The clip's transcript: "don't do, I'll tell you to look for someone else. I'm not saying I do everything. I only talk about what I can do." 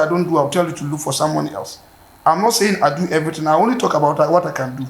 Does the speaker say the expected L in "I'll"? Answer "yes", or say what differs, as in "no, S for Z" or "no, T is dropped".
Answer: no, W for L